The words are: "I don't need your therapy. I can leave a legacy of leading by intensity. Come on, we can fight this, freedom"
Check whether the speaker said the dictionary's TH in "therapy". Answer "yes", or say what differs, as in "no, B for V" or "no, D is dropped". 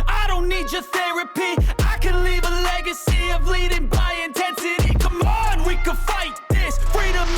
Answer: yes